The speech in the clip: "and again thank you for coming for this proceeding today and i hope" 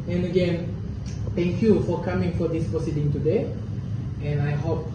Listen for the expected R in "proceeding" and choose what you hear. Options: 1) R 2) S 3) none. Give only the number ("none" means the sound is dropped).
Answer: 1